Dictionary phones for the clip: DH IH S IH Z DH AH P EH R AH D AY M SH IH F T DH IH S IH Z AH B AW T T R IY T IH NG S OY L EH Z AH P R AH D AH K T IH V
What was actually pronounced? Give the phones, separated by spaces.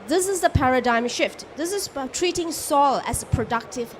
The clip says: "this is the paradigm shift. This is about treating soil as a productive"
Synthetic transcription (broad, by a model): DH IH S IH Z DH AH P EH R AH D AY M SH IH F T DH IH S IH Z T T R IY T IH NG S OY L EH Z AH P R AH D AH K T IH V